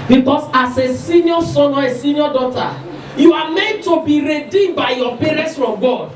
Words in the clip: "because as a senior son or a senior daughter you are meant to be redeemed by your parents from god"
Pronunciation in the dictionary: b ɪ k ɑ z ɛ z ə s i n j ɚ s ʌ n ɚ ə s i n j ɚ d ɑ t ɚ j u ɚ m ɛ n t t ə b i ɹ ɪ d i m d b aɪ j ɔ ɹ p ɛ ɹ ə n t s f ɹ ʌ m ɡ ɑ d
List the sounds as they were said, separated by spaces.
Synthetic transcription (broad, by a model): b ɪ k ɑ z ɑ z ə s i n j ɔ s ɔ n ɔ ə s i n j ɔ d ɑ t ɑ j u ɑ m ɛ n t t ə b i ɹ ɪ d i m b aɪ j ɔ p ɛ ɹ ə n t s f ɹ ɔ m ɡ ɑ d